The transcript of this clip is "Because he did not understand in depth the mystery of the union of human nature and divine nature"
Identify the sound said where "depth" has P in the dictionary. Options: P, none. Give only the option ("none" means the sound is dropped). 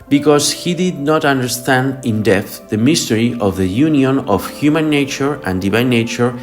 none